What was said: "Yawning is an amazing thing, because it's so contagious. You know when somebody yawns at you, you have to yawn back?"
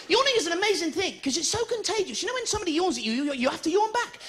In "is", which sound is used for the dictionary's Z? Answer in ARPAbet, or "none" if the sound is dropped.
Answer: Z